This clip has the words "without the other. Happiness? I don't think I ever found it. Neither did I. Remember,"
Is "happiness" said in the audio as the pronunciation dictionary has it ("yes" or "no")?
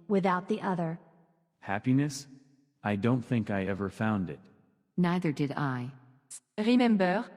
yes